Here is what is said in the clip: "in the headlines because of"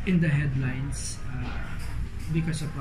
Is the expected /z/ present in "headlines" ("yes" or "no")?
no